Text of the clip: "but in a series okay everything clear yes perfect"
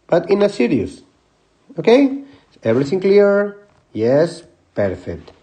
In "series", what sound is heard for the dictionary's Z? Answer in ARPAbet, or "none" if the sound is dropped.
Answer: S